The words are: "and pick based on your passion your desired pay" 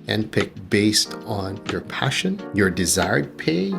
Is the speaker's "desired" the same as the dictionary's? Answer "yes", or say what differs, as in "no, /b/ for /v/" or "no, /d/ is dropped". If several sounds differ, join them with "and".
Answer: yes